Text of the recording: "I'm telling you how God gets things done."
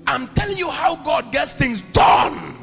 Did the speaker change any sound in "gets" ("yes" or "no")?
no